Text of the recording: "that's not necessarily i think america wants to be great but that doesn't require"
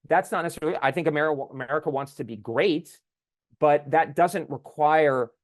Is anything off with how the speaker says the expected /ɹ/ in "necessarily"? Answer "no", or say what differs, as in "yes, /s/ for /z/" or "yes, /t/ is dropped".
yes, /l/ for /ɹ/